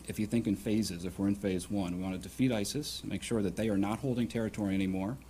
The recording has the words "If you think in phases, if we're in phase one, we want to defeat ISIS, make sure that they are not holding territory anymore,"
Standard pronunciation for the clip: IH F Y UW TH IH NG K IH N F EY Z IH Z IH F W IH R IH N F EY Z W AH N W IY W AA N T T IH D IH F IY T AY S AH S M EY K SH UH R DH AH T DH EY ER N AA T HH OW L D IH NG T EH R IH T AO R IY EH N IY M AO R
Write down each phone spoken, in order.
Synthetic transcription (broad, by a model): IH F Y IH TH IH NG K IH N F EY Z IH Z IH F W IH R IH N F EY Z W AH N W IY W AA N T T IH D IH F IY T AY S AH S M EY K SH UH R DH AH T DH EY ER N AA T HH OW L D IH NG T EH R IH T AO R IY EH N IY M AO R